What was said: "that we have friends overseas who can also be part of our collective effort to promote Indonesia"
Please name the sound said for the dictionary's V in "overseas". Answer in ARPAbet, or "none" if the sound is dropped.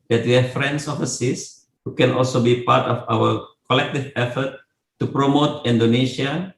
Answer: F